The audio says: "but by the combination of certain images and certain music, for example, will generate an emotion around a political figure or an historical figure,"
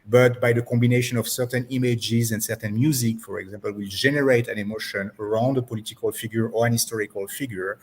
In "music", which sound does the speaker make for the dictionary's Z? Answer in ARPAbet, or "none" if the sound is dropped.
Z